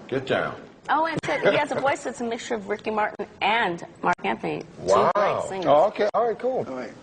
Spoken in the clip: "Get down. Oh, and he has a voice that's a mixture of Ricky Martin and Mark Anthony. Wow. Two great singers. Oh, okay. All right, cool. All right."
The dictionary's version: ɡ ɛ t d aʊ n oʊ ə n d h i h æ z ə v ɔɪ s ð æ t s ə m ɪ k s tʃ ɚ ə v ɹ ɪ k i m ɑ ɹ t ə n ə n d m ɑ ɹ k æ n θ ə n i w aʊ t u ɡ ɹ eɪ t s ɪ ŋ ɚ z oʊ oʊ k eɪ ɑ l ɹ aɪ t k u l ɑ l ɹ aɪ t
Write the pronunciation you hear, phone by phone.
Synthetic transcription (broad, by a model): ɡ ɛ t d aʊ n oʊ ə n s h i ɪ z ə v ɔɪ s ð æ t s ə m ɪ k s tʃ ɚ ə v ɹ ɪ k i m ɑ ɹ t n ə n m ɑ ɹ k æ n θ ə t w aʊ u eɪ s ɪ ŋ oʊ oʊ k eɪ ɑ l ɹ aɪ t k u l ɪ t